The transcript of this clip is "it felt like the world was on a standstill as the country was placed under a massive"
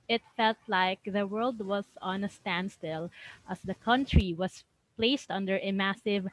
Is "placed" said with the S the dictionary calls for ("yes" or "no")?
yes